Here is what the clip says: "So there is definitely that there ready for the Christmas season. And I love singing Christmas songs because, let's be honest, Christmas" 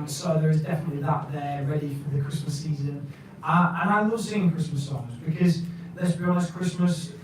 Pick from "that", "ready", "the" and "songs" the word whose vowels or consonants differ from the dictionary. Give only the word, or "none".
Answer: none